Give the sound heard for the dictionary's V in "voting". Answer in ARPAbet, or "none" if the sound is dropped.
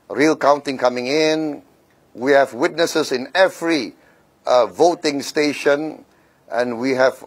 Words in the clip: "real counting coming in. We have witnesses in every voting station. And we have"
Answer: V